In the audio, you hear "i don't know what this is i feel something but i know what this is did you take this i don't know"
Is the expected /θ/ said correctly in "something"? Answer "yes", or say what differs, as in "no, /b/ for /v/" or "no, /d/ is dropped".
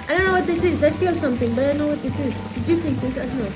no, /t/ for /θ/